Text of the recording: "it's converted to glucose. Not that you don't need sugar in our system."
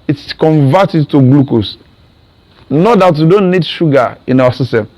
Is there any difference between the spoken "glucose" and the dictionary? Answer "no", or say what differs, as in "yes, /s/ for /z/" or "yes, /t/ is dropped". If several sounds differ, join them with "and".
no